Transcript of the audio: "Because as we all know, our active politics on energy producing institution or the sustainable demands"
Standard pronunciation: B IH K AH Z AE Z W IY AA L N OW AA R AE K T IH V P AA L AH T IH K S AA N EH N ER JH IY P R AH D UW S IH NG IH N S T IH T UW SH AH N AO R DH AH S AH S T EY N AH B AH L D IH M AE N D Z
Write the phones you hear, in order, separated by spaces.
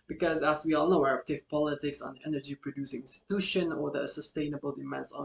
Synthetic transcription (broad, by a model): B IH K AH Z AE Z W IY AA L N OW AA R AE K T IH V P AA L AH T IH K S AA N EH N ER JH IY P R AH D UW S IH NG IH N S T IH T UW SH AH N AO R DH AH S AH S T EY N AH B AH L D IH M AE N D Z